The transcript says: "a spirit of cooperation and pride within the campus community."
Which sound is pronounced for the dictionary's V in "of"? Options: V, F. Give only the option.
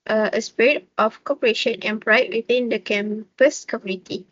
F